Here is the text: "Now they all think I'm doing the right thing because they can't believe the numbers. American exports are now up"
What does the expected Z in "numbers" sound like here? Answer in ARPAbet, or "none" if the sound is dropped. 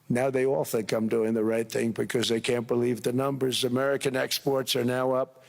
Z